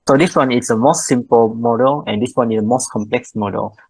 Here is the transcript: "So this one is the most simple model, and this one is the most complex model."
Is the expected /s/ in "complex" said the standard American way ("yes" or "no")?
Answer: yes